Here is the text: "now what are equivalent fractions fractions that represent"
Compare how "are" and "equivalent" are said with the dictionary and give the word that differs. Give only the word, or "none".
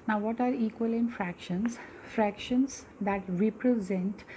equivalent